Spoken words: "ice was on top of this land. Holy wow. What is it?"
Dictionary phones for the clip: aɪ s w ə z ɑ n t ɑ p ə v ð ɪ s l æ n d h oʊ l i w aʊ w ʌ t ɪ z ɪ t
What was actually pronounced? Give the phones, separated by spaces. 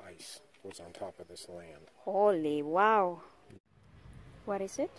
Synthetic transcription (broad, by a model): aɪ s w ə z n t ɑ p ə v ð ɪ s l æ n d h oʊ l i w aʊ w ʌ t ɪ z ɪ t